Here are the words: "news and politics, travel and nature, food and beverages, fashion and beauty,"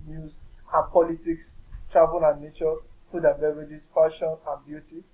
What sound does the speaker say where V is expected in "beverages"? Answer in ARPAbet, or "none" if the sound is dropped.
none